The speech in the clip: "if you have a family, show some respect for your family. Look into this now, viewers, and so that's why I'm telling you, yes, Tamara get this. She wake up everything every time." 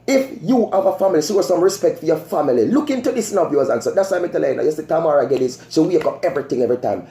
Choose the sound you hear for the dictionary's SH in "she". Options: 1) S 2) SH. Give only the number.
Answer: 1